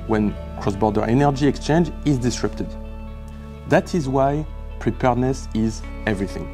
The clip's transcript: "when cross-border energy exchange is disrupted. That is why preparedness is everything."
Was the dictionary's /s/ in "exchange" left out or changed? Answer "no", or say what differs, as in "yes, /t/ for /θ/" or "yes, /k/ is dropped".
no